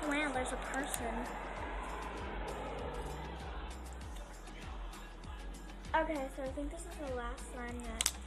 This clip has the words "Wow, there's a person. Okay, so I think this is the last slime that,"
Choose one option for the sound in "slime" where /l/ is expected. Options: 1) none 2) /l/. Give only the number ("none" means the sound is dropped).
1